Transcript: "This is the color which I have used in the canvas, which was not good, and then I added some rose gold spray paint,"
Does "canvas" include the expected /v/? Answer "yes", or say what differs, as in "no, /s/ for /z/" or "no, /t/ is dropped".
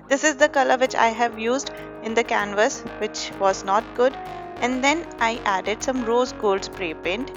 yes